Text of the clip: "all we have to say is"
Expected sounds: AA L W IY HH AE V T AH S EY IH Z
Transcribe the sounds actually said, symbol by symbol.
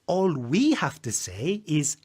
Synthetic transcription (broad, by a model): AA L W IY HH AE F T AH S EY IH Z